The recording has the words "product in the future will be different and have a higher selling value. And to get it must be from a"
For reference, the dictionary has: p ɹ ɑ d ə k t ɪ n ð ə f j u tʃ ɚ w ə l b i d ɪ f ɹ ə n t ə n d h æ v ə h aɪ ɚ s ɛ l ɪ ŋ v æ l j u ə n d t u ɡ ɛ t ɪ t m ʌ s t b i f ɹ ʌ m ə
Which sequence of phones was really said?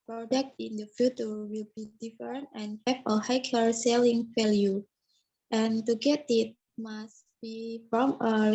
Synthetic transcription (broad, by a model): p ɹ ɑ d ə k t ɪ n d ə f j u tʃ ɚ w ə l b i d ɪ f ə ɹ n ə n h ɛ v ə h aɪ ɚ s ɛ l ɪ ŋ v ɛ l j u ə n t u ɡ ɛ t ɪ t m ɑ s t b i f ɹ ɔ m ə